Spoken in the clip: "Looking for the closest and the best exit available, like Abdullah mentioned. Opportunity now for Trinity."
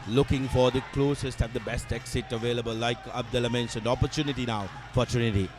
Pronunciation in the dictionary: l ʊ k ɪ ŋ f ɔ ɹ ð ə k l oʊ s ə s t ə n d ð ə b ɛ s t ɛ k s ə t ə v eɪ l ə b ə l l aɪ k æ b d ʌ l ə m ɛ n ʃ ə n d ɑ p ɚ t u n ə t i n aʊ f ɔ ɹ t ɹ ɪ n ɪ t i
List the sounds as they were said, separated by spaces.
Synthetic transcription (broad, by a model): l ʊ k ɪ ŋ f ɔ ɹ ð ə k l oʊ s ə s t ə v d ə b ɛ s t ɛ k s ə t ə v eɪ l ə b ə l l aɪ k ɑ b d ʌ l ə m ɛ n s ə n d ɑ p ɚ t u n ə t i n aʊ f ɔ ɹ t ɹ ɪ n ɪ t i